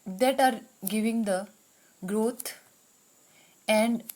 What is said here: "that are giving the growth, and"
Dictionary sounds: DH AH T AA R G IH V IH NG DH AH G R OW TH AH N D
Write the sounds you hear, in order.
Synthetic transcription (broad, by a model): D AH T AA R G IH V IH NG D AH G R OW T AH N D